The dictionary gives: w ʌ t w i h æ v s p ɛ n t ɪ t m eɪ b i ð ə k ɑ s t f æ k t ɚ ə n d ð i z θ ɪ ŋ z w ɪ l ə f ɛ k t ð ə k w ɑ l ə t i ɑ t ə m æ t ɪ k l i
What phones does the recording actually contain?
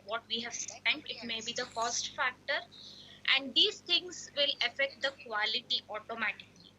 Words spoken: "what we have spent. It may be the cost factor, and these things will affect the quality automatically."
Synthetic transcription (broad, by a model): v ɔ t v i h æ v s ɛ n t ɪ t m eɪ b i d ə k ɑ s t f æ k t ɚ ə n d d i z t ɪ ŋ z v ɪ l ə f ɛ k t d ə k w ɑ l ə t i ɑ t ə m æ t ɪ k l i